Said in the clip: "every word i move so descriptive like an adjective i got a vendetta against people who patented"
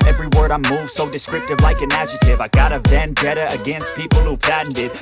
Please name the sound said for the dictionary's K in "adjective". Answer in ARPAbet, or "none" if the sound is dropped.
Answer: none